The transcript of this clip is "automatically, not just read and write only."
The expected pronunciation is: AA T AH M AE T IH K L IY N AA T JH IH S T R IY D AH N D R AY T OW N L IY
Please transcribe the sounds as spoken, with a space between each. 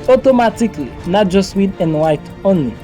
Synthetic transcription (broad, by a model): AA T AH M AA T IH K L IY N AA T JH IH S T W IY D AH N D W AY T OW N L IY